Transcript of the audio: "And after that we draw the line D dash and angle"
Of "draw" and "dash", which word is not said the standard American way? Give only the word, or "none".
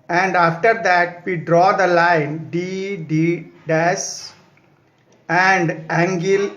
dash